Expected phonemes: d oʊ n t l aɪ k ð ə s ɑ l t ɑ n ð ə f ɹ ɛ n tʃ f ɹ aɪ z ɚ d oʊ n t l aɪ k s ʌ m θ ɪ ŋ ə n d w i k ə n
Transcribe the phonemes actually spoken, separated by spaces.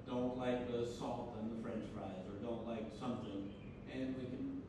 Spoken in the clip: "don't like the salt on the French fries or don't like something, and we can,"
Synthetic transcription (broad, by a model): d oʊ n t l aɪ k ð ə s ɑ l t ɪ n ð ə f ɹ ɛ n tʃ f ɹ aɪ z ɚ d oʊ n t l aɪ k s ʌ m θ ɪ ŋ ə n w i k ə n